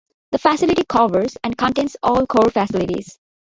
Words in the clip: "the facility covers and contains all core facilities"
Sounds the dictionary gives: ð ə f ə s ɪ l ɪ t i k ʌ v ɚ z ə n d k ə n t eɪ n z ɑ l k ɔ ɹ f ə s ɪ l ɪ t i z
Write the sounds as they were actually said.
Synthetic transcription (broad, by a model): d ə f ə s ɪ l ɪ t i k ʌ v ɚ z ə n d k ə n t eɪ n s ɑ l k ɔ ɹ f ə s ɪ l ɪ t i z